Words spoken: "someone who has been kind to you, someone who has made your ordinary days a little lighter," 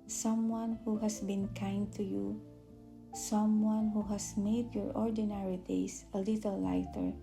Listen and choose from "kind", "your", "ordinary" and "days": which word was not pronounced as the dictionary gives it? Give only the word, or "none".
days